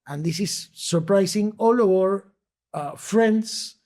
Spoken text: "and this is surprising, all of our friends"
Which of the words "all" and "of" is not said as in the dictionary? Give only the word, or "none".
of